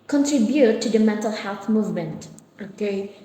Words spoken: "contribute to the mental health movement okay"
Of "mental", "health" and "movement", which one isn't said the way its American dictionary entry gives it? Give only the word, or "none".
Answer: none